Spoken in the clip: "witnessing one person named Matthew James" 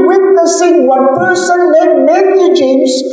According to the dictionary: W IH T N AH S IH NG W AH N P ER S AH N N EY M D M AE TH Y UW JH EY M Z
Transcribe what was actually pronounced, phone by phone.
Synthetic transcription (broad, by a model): W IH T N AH S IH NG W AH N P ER S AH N L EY D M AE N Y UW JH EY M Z